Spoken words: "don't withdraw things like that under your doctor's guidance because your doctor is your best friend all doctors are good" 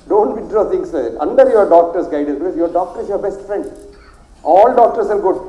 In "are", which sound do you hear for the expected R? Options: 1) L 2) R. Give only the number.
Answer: 1